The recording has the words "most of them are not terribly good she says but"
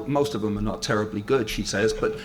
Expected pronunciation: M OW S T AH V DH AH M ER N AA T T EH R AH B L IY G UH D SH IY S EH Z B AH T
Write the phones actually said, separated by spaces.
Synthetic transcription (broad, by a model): M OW S T AH V DH AH M ER N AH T T EH R AH B L IY G UH D SH IY S EH Z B AH T